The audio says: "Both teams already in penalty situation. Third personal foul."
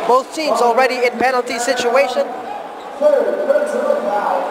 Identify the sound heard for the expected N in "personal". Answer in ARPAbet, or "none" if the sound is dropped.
none